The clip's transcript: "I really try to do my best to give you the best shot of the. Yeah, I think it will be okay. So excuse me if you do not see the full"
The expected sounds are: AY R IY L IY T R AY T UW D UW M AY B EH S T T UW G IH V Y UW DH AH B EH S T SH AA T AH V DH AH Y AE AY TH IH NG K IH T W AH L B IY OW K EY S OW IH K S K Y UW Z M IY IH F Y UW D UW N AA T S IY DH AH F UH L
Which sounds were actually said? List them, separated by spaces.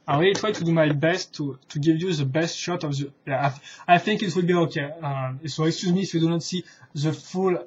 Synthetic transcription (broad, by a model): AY W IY IY T R AY T UW D UW M AY B EH S T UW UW G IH V Y UW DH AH B EH S T SH AA T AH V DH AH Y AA AY TH IH NG K IH T W AH L B IY OW K EY S OW IH K S K Y UW Z M IY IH F Y UW D UW N AA T S IY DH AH F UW L